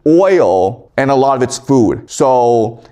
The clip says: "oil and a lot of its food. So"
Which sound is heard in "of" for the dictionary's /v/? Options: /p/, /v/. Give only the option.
/v/